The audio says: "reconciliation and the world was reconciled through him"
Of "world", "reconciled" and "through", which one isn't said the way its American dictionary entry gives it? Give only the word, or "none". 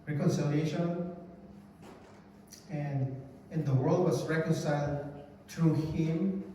through